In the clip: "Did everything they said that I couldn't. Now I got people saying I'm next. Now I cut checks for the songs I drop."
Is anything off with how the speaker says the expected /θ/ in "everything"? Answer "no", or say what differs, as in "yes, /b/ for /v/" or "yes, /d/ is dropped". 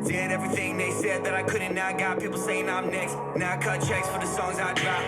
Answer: no